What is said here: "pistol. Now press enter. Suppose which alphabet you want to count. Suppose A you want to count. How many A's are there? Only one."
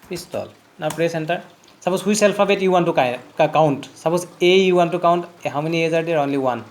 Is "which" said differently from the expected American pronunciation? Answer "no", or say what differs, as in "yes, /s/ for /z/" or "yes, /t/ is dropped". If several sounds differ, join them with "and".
yes, /s/ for /tʃ/